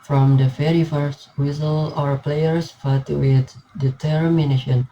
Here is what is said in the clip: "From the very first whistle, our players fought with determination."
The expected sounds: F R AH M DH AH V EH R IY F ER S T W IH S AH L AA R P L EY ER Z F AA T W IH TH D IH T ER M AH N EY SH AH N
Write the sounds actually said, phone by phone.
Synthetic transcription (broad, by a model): F R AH M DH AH F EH R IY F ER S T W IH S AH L AA R P L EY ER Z F AA T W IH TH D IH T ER M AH N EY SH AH N